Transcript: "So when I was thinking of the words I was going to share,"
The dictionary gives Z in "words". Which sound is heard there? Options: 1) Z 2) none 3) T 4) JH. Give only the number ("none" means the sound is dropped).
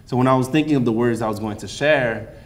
1